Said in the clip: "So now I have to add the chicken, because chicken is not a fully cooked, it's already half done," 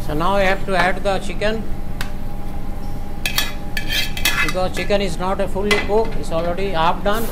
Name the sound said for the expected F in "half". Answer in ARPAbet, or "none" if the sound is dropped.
P